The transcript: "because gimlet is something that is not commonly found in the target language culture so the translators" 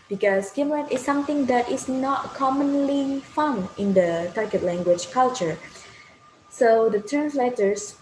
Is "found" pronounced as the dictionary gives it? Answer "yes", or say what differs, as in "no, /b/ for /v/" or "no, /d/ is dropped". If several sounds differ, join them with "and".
no, /d/ is dropped